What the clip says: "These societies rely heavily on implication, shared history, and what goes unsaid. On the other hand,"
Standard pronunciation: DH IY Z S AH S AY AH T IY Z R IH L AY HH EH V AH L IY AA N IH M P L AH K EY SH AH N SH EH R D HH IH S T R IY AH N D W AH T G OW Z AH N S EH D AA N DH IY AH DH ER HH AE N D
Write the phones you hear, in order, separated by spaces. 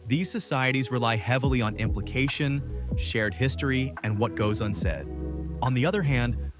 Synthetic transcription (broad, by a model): DH IY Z S AH S AY AH T IY Z R IH L AY HH EH V L IY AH N IH M P L AH K EY SH AH N SH EH R D HH IH S T R IY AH N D W AH T G OW Z AH N S EH D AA N DH IY AH DH ER HH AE N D